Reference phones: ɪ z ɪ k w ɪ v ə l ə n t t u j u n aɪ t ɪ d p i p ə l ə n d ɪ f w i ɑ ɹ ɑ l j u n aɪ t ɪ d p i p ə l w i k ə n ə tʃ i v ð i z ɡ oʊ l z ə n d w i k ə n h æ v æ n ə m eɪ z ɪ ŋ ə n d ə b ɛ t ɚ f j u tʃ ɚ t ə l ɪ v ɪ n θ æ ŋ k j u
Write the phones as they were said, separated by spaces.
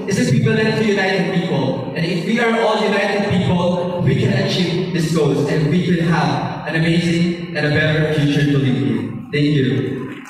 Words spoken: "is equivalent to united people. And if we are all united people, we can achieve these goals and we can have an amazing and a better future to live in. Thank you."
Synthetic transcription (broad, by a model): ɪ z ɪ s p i p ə l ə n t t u j u n aɪ t ɪ d p i p ə l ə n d ɪ f w i ɑ ɹ ɑ l j u n aɪ t ɪ d p i p ə l w i k ə n ə tʃ i v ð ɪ s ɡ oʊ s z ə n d w i k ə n h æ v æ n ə m eɪ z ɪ ŋ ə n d ə b ɛ t ɚ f j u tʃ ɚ t ə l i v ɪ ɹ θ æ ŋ k j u